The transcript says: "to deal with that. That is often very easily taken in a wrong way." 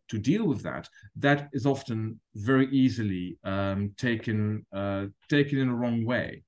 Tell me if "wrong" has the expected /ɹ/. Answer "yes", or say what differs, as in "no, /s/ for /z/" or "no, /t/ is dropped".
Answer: yes